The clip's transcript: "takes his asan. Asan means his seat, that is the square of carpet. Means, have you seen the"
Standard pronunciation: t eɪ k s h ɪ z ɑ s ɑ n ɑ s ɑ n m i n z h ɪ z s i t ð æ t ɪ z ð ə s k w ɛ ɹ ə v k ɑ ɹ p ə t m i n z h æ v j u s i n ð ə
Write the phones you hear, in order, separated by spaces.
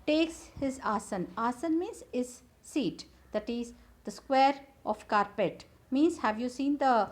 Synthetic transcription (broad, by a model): t eɪ k s h ɪ z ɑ s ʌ n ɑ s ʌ n m i n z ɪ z s i t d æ t ɪ z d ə s k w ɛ ɹ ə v k ɑ ɹ p ə t m i n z h æ v j u s i n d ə